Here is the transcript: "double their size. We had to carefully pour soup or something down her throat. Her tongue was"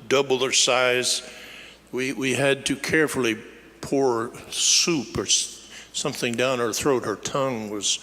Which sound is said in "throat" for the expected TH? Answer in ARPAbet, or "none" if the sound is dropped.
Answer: TH